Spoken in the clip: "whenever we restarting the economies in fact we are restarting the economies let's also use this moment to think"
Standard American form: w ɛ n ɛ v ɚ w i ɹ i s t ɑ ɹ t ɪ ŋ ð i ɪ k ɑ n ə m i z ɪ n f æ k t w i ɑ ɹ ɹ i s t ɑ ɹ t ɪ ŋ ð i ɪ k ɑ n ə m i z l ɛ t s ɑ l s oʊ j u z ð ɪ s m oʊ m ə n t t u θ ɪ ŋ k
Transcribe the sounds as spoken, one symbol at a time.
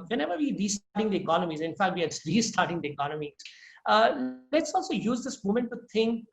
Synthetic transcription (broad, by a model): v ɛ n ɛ v ɚ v i ɹ i s t ɑ ɹ t ɪ ŋ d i ɪ k ɑ n ə m i z ɪ n f æ k t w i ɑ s ɹ i s t ɑ ɹ t ɪ ŋ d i ɪ k ɑ n ə m i z l ɛ t s ɑ l s oʊ j u z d ɪ s m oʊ m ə n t t u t ɪ ŋ k